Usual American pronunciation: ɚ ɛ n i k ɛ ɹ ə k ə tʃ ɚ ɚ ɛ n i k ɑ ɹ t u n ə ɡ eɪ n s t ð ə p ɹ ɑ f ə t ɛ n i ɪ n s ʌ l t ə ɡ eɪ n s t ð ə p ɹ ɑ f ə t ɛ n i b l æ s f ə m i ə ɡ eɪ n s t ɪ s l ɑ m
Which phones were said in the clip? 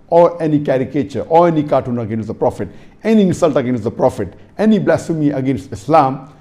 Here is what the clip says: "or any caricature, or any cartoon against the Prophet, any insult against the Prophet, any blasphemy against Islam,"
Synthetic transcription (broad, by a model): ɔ ɛ n i k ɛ ɹ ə k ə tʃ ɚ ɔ ɛ n i k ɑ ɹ t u n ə ɡ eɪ n s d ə p ɹ ɑ f ə t ɛ n i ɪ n s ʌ l t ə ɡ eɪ n s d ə p ɹ ɑ f ə t ɛ n i b l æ s ə m i ə ɡ eɪ n s t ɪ s l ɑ m